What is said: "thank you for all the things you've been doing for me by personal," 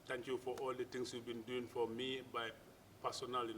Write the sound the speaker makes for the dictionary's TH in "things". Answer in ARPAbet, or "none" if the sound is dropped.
T